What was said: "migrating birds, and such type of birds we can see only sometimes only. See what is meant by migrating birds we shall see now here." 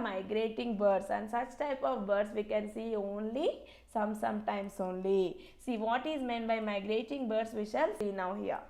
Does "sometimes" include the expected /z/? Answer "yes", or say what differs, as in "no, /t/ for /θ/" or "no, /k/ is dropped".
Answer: no, /s/ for /z/